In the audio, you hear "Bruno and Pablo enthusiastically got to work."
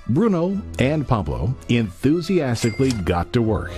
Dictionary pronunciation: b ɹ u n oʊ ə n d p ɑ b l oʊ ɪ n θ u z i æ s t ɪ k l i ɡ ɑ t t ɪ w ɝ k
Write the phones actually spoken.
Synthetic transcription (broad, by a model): b ɹ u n oʊ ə n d p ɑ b l oʊ ɪ n θ u z i æ s t ɪ k l i ɡ ɑ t t ɪ w ɝ k